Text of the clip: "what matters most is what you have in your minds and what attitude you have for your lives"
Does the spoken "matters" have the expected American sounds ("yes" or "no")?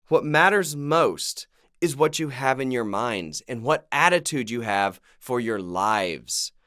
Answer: yes